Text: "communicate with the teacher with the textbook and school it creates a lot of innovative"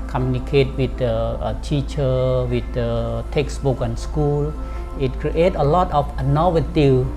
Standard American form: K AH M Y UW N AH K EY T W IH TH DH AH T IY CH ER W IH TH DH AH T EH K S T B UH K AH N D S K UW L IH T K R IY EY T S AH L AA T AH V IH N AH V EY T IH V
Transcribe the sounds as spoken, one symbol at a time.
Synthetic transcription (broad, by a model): K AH M Y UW N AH K EY T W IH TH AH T IY CH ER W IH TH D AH T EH K S B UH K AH N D S K UW L IH T K R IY EY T AH L AA T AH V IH N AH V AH T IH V